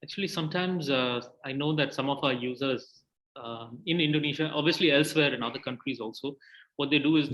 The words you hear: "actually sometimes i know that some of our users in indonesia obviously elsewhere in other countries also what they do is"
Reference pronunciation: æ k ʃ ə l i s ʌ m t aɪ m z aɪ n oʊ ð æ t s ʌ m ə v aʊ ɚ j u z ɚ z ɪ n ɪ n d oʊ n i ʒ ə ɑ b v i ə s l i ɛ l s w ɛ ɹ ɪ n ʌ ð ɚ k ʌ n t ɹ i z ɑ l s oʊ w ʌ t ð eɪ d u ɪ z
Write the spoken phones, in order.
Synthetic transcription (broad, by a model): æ k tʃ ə l i s ʌ m t aɪ m z aɪ n oʊ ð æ t s ʌ m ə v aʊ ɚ j u z ɚ z ɪ n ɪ n d oʊ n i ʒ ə ɑ b v i ə s l i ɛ l s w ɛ ɹ ɪ n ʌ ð ɚ k ʌ n t ɹ i z ɑ l s oʊ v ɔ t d eɪ d u ɪ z